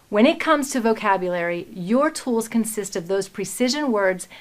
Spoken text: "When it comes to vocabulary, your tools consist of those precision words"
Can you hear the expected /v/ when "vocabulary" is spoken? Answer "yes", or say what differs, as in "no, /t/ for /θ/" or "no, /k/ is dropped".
yes